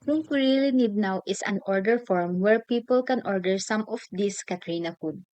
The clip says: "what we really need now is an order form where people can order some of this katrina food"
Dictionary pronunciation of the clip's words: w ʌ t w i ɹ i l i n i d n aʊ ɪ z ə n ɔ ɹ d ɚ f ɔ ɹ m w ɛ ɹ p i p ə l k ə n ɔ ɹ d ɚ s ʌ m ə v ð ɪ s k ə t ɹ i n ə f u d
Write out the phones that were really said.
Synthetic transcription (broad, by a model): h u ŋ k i ɹ i l i n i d n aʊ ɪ s ə n ɔ ɹ d ɚ f ɔ ɹ m w ɛ ɹ p i p ə l k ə n ɔ ɹ d ɚ s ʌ m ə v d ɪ s k ə t ɹ i n ə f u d